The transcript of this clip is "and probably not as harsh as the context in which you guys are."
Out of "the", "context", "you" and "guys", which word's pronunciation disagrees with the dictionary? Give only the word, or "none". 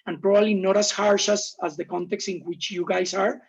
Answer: guys